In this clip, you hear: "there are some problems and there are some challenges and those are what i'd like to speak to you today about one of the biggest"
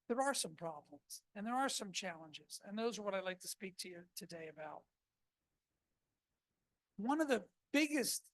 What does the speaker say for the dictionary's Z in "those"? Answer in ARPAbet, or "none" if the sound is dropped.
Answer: Z